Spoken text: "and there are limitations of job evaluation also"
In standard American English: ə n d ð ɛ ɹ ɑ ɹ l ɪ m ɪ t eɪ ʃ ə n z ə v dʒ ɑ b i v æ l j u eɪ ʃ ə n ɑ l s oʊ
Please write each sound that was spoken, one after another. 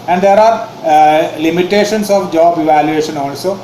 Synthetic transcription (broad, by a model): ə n d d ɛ ɹ ɑ ɹ l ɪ m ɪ t eɪ ʃ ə n s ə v dʒ ɑ b i v æ l j u eɪ ʃ ə n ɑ l s oʊ